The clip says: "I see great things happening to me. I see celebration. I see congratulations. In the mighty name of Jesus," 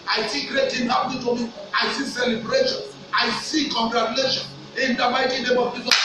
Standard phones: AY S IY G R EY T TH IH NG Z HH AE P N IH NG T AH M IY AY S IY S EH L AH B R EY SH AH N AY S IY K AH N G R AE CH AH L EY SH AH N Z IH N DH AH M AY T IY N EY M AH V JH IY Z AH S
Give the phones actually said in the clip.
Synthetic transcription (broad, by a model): AY S IY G R EY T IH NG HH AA N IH T AH M IY AY S IY S EH L AH B R EY SH AH N AY S IY K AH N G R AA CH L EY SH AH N IH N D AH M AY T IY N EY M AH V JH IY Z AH